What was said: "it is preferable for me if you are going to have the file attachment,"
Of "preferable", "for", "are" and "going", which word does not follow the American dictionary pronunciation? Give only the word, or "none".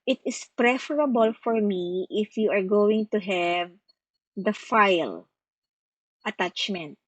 none